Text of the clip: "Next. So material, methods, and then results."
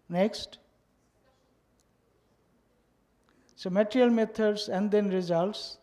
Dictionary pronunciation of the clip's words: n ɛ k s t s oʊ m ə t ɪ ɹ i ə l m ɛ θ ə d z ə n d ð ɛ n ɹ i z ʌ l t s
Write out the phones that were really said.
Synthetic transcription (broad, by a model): n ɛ k s t s oʊ m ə t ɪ ɹ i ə l m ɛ t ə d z ə n d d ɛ n ɹ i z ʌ l t s